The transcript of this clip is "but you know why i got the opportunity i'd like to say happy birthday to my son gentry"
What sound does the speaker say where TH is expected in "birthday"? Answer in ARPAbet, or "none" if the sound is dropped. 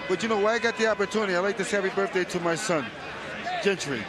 TH